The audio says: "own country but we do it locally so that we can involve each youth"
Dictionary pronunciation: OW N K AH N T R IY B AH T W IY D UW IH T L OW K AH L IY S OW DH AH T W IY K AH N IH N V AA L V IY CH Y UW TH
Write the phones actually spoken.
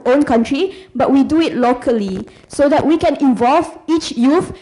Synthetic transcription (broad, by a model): OW N K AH N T R IY B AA T W IY D UW IH T L OW K AH L IY S OW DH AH T W IY K AH N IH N V AA L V IY CH Y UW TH